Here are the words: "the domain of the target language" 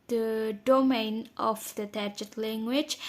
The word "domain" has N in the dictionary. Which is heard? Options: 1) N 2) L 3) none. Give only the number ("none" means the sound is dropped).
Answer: 1